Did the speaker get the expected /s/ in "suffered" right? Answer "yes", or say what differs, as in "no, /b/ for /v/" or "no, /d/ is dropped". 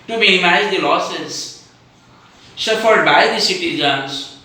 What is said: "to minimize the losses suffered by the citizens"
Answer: no, /ʃ/ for /s/